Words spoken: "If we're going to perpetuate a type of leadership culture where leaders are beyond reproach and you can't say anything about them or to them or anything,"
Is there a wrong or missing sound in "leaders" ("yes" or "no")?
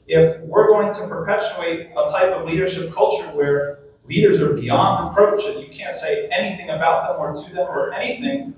no